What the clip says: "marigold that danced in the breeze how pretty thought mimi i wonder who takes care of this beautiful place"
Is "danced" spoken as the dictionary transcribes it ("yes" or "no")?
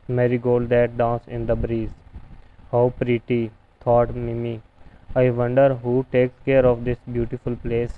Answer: no